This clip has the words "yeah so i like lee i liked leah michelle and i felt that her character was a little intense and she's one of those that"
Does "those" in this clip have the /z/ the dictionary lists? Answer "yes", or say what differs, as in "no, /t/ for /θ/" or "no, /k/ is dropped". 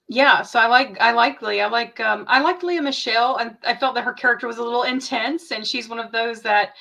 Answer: yes